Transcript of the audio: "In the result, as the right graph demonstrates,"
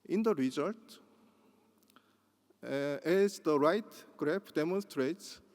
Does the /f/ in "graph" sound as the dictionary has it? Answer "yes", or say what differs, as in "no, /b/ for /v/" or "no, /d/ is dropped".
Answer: no, /p/ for /f/